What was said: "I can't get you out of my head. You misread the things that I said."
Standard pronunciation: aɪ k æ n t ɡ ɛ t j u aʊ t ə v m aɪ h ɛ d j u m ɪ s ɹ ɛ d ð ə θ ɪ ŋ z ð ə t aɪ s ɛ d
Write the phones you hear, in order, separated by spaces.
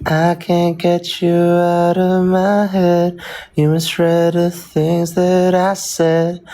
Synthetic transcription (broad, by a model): aɪ k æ n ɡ ɛ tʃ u aʊ t ə v m aɪ h ɛ d j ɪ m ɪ s ɹ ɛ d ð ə θ ɪ ŋ z ð ə t aɪ s ɛ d